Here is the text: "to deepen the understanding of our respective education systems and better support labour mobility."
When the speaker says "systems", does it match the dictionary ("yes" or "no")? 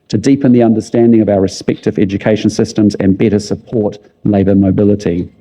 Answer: yes